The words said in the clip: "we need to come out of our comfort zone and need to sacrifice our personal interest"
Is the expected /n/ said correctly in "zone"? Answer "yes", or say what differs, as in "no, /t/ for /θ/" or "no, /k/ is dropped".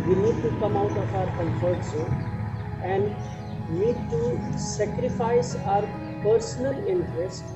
no, /n/ is dropped